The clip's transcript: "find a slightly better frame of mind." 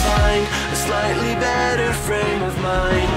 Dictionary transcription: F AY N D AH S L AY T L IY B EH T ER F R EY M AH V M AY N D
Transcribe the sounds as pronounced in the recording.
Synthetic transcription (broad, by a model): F AY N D AH S L AY T L IY B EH T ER F R EY M AH V M AY N